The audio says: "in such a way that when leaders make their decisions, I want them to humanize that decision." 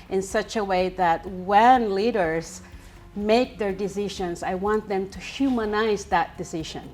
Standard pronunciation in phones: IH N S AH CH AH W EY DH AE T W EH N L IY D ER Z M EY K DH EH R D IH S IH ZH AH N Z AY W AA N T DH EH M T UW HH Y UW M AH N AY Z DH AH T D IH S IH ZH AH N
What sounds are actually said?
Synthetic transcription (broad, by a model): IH N S AH CH AH W EY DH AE T W EH N L IY D ER Z M EY K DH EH R D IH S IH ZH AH N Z AY W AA N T DH EH M T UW HH Y UW M AH N AY Z DH AH T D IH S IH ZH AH N